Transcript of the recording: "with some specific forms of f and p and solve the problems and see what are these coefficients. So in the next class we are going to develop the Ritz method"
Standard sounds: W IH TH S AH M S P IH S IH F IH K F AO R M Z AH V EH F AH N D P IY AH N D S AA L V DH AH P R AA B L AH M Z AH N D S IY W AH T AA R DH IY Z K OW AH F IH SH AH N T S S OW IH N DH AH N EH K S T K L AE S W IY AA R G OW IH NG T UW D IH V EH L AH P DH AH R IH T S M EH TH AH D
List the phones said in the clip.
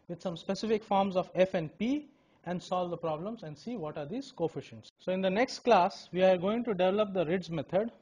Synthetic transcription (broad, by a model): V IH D S AH M S P IH S IH F IH K F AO R M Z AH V EH F AH N D P IY AH N D S AA L V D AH P R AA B L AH M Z AH N D S IY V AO T AA R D IY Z K OW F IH SH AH N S S OW IH N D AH N EH K S T K L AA S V IY AA R G OW IH NG T UW D IH V EH L AH P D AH R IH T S M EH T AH D